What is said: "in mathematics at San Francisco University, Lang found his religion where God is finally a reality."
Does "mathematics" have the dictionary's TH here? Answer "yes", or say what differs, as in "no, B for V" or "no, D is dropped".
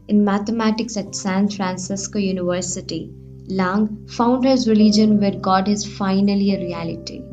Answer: no, T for TH